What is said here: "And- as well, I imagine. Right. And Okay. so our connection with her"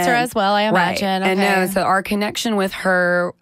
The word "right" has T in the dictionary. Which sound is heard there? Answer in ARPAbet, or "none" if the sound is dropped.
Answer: none